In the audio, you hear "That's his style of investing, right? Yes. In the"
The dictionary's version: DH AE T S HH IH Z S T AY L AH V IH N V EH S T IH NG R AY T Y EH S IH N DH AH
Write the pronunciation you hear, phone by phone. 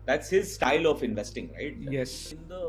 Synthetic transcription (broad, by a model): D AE T S HH IH Z S T AY L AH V IH N V EH S T IH NG R AY T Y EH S IH N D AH